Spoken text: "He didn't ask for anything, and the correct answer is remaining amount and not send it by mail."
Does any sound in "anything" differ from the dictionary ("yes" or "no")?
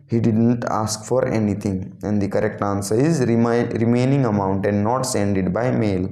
yes